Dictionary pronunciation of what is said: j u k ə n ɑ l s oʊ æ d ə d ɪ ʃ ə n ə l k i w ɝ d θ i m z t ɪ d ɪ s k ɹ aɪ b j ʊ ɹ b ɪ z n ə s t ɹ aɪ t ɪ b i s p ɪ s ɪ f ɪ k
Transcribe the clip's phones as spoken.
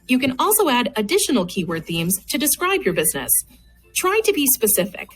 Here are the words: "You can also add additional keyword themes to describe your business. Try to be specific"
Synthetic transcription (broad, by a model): j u k ə n ɑ l s oʊ æ d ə d ɪ ʃ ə n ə l k i w ɝ d θ i m z t ɪ d ɪ s k ɹ aɪ b j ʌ ɹ b ɪ z n ə s t ɹ aɪ t ɪ b i s p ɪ s ɪ f ɪ k